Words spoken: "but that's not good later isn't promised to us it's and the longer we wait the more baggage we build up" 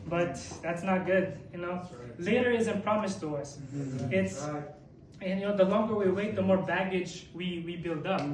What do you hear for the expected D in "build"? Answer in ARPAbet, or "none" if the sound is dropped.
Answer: D